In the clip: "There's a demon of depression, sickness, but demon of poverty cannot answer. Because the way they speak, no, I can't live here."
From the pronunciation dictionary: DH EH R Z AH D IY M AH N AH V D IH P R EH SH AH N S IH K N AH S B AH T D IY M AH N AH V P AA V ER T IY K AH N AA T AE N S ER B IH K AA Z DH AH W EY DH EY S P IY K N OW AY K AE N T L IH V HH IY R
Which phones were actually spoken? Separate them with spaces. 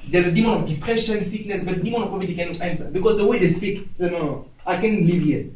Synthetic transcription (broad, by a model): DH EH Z AH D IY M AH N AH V D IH P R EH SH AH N S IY K N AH S B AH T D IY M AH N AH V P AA B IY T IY K AH N AA T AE N S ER B IH K AA Z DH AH W EY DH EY S P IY K N OW AY K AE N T L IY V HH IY